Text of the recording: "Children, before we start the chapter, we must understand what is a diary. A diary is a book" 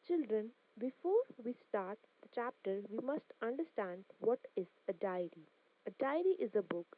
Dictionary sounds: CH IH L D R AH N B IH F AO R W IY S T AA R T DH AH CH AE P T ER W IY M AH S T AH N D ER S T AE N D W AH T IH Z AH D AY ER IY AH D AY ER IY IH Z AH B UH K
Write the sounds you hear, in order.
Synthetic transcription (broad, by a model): CH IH L D R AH N B IH F AO R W IY S T AA R T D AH CH AE P T ER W IY M AH S T AH N D ER S T AE N D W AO T IH Z AH D AY ER IY AH D AY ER IY IH Z AH B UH K